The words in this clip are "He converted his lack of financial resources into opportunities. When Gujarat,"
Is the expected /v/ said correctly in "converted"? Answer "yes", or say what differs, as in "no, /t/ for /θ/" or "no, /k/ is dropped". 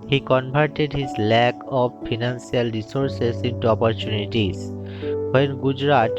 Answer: no, /b/ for /v/